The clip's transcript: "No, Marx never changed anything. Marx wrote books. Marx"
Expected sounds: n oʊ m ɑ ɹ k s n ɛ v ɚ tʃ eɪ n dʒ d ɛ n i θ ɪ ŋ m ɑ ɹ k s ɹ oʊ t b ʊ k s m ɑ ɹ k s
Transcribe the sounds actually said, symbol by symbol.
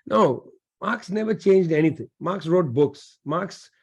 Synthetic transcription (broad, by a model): n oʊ m ɑ ɹ k s n ɛ v ɚ tʃ eɪ n dʒ d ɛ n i t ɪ ŋ m ɑ ɹ k s ɹ oʊ t b ʊ k s m ɑ ɹ k s